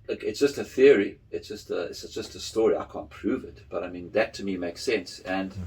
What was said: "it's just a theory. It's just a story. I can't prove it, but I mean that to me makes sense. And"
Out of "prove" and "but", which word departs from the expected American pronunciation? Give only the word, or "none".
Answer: none